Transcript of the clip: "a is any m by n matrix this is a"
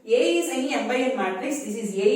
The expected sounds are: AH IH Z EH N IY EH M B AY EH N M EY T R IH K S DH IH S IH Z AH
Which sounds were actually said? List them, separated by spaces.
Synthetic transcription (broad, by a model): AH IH S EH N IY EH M B AY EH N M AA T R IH S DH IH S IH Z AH